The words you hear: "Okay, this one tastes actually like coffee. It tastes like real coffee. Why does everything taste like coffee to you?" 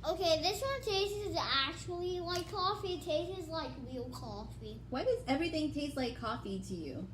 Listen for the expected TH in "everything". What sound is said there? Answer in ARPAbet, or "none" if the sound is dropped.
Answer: TH